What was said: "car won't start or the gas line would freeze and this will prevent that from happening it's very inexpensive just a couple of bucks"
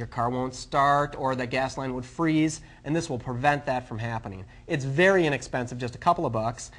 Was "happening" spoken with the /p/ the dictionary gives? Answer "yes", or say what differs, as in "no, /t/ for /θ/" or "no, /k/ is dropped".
yes